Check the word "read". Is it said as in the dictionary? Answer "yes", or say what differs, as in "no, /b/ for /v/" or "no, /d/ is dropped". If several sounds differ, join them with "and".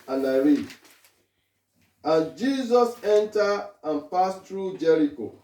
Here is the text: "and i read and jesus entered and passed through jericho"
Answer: no, /d/ is dropped